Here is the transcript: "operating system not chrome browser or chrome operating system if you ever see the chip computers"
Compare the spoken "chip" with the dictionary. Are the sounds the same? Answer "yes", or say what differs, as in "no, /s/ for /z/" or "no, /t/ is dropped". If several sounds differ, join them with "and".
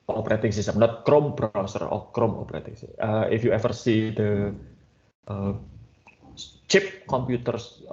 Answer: yes